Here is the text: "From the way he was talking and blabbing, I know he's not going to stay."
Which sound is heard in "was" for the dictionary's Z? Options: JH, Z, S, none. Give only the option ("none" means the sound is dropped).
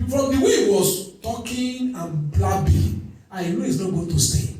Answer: S